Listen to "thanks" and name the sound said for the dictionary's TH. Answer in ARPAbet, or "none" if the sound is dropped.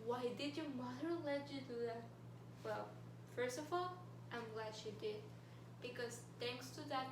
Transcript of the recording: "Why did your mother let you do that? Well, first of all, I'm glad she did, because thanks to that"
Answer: T